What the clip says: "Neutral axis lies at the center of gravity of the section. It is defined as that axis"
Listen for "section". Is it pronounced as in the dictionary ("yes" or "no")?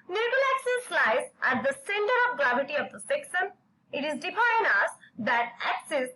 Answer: no